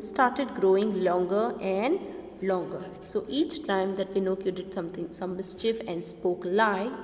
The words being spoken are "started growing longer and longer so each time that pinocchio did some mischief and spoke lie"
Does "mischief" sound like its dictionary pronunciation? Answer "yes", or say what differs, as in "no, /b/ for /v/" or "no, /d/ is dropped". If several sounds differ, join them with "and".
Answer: yes